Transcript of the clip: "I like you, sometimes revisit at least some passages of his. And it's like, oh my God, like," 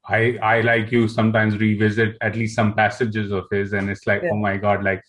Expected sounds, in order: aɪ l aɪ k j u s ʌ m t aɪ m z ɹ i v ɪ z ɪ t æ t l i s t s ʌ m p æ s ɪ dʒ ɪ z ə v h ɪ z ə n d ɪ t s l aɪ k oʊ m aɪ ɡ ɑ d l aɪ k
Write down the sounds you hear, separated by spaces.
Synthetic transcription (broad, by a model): aɪ l aɪ k j u s ʌ m t aɪ m z ɹ i v ɪ z ɪ t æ t l i s t s ʌ m p æ s ɪ dʒ ɪ z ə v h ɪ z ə n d ɪ t s l aɪ k oʊ m aɪ ɡ ɑ d l aɪ k